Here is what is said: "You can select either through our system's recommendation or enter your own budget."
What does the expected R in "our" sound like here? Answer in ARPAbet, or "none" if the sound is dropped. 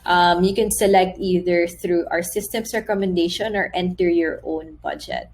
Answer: R